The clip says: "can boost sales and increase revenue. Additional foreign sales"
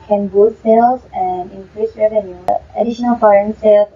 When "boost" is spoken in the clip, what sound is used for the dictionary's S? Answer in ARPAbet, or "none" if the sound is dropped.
none